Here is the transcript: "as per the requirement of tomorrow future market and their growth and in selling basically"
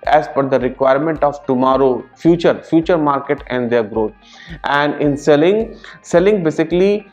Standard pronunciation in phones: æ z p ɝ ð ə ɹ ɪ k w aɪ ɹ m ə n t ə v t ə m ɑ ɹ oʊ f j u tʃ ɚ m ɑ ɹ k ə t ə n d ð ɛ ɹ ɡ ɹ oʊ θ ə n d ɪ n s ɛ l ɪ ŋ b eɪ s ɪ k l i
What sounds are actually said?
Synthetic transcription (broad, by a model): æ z f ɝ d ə ɹ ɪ k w aɪ ɹ m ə n t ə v t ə m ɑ ɹ oʊ f j u tʃ ɚ m ɑ ɹ k ə t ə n d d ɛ ɹ ɡ ɹ oʊ t ə n d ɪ n s ɛ l ɪ ŋ b eɪ s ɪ k l i